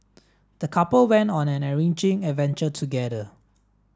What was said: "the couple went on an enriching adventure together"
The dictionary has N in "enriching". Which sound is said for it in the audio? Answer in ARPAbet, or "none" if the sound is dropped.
none